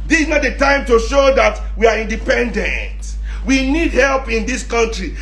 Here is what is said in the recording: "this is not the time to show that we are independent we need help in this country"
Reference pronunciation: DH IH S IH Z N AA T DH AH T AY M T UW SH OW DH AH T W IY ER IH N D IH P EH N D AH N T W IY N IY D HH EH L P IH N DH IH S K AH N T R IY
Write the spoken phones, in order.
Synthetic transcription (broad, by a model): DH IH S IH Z N AA T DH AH T AY M T UW SH OW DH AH T W IY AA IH N D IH P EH N D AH N T W IY N IY D HH EH L P IH N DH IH S K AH N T R IY